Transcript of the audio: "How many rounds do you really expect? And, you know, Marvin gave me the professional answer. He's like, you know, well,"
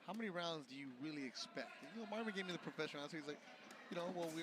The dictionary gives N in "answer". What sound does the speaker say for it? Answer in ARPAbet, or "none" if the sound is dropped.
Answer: none